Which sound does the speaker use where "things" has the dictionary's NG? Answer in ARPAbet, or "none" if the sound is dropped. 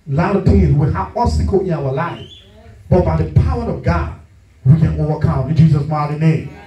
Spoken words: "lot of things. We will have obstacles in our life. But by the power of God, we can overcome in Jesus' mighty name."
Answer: none